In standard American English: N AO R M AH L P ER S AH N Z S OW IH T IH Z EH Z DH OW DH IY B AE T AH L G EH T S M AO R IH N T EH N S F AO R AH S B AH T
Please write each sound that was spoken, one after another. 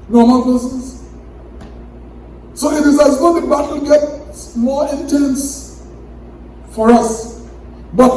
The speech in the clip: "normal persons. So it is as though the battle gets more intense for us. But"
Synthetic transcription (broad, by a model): N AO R M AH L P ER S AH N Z S OW IH T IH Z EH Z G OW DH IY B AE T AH G EH T S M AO L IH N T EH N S F AO R AH S B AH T